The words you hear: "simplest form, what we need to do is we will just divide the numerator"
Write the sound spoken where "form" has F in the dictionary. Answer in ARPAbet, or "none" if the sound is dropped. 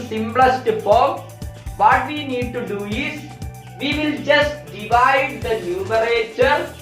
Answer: P